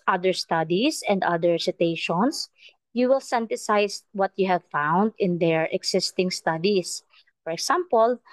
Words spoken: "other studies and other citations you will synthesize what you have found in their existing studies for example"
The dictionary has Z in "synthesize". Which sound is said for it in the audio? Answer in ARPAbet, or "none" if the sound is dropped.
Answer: S